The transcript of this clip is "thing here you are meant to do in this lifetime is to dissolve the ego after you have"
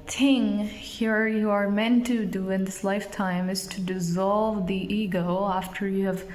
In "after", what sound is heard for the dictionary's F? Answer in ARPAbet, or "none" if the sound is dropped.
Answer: F